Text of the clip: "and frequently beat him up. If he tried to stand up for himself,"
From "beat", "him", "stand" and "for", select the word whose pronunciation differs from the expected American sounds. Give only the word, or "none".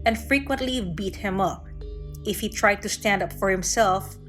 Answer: none